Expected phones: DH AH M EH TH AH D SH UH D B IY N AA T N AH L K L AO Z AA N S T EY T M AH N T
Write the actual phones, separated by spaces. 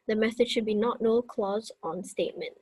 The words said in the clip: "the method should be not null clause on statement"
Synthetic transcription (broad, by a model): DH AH M EH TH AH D SH UH D B IY N AA T N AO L K L AO Z AA N S T EY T M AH N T